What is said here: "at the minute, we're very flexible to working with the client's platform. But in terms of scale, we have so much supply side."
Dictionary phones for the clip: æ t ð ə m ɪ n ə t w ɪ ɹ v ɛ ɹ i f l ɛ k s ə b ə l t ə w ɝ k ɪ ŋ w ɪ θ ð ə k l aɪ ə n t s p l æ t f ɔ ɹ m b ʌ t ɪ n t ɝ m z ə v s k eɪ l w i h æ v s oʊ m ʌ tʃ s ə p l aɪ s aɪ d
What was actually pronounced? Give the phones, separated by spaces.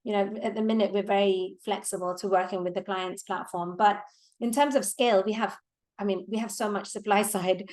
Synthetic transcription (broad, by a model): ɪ t ð ə m ɪ n ə t w ɪ ɹ v ɛ ɹ i f l ɛ k s ə b ə l t ə w ɝ k ɪ ŋ w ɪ ð ə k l aɪ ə n t s p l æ t f ɔ ɹ m b ʌ t ɪ n t ɝ m z ə v s k eɪ l w i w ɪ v s oʊ m ʌ tʃ s ə p l aɪ s aɪ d